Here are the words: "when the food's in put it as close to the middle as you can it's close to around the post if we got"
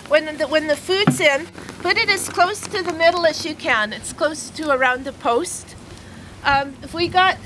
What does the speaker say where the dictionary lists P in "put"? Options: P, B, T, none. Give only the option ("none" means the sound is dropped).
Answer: B